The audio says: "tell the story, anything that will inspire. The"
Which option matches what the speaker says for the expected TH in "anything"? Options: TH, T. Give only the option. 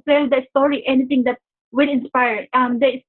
T